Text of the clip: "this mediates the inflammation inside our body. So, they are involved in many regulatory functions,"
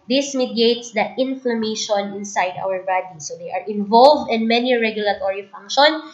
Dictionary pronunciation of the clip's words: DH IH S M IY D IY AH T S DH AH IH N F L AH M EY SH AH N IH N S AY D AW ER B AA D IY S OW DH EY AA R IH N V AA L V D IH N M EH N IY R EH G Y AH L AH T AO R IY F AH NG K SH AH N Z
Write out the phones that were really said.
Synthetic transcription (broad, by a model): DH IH S M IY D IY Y T S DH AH IH N F L AH M EY SH AH N IH N S AY D AW ER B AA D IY S OW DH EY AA R IH N V AA L V D IH N M EH N IY R EH G Y AH L AH T AO R IY F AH NG K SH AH N